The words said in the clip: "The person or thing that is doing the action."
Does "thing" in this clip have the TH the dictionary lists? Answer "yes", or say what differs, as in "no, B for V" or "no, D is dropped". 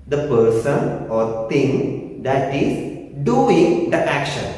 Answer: no, T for TH